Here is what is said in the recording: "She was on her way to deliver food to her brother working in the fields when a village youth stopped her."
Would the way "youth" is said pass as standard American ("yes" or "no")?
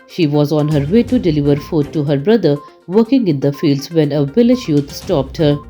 no